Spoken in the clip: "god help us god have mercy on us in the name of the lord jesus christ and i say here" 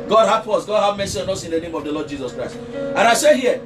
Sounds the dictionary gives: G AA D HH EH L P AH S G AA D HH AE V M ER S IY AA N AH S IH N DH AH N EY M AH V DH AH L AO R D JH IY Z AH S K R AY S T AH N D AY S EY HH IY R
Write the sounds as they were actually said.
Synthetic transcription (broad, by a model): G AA D HH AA P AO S G AA D HH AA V M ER S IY AA N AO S IH N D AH N EY M AH V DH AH L AO D JH IY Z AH S K R AY S T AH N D AY S EY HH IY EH